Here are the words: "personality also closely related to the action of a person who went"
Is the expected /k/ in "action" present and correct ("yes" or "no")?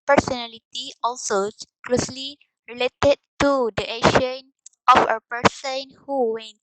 no